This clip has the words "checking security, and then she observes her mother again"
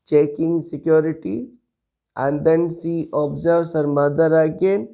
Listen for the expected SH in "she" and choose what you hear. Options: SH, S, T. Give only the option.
S